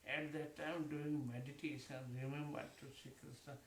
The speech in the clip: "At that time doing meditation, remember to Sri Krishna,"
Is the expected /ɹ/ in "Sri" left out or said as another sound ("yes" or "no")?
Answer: yes